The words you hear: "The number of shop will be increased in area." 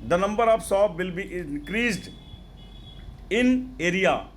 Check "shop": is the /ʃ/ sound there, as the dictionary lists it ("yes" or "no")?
no